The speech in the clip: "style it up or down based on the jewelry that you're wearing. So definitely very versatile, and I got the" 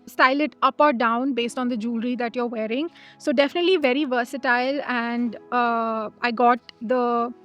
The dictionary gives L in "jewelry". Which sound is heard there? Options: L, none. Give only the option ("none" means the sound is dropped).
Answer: L